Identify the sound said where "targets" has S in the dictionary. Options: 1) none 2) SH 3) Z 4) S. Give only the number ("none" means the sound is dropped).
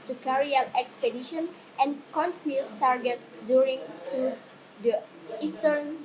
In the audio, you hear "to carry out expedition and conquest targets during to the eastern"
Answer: 1